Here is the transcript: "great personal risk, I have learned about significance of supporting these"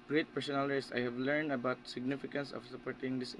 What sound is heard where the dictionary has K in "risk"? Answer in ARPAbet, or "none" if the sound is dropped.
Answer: none